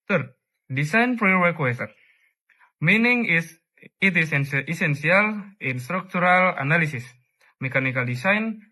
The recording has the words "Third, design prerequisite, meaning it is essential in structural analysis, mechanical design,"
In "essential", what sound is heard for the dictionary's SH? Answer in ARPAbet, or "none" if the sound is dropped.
S